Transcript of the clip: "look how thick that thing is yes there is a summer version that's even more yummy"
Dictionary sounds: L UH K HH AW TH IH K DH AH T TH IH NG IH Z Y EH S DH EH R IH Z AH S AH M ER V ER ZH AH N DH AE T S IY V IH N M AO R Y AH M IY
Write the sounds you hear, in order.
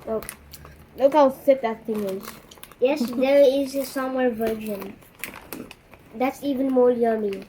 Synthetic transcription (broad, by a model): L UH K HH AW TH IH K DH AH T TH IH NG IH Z Y EH S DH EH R IH Z AH S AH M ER V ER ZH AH N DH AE T S IY V IH N M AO L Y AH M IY